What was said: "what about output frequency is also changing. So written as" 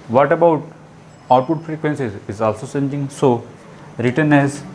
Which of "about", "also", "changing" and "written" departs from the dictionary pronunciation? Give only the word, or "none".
changing